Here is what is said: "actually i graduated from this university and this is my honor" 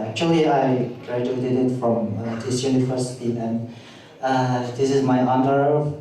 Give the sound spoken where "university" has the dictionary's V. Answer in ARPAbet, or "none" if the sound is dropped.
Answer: F